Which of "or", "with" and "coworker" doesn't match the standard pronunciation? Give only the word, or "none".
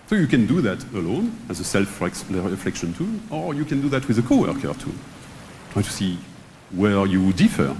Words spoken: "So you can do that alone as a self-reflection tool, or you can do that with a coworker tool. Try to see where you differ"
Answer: none